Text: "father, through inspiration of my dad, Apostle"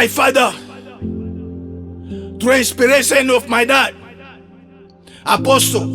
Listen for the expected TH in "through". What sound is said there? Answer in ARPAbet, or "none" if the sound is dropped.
T